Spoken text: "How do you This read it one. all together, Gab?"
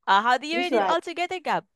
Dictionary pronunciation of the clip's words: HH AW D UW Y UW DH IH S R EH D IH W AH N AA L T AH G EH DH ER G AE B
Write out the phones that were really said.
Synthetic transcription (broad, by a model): HH AW D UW Y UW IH R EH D IH AA L T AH G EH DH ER G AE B